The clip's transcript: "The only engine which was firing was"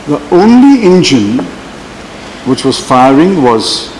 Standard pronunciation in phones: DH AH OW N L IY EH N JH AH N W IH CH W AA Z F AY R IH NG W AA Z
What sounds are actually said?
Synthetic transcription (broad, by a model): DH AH OW N L IY EH N JH AH N W IH CH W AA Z F AY R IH NG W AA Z